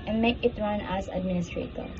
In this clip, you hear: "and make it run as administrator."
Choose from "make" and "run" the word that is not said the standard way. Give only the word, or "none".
none